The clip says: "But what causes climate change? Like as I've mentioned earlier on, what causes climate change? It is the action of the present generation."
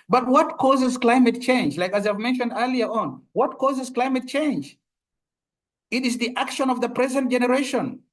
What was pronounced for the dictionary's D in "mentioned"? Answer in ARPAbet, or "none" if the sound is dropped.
D